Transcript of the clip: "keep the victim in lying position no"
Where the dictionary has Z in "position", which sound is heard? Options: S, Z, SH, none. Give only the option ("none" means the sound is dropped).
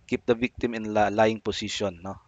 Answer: S